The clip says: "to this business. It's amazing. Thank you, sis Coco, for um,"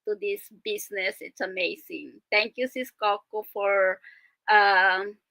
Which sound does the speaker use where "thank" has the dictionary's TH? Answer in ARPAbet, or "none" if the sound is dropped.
T